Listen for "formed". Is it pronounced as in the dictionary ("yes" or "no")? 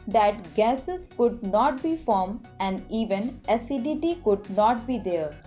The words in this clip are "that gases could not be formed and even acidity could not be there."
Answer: no